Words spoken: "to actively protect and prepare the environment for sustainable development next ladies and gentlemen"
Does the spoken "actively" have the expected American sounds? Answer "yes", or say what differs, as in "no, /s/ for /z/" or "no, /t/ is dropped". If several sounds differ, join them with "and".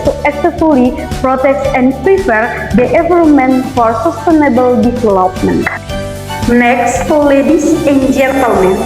no, /s/ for /t/